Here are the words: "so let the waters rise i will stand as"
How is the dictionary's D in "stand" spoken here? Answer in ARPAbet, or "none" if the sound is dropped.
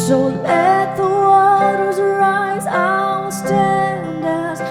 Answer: D